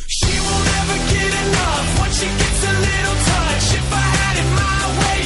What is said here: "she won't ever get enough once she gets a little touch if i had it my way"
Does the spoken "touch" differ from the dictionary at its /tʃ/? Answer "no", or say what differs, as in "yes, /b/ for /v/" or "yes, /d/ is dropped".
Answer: yes, /ʃ/ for /tʃ/